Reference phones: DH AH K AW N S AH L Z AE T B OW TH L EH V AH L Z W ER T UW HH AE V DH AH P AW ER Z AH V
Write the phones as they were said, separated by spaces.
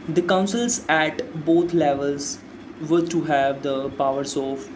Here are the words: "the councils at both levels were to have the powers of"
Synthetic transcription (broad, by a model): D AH K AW N S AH L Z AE T B OW T L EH V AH L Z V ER T UW HH AE V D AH P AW ER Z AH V